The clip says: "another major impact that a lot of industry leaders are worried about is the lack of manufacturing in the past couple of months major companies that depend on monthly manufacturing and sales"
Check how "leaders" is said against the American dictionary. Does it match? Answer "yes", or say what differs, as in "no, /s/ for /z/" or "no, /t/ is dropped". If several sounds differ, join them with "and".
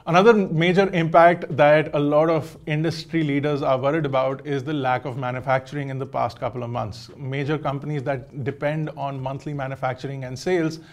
yes